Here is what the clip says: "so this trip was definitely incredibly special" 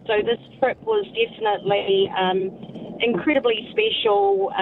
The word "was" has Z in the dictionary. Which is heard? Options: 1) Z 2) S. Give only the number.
1